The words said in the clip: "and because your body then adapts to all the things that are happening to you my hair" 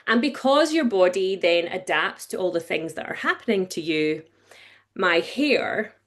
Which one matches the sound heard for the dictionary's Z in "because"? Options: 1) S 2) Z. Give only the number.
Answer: 2